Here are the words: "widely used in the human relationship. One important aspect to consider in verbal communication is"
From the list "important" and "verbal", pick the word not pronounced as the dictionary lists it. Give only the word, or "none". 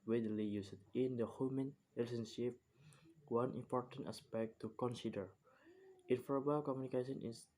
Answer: verbal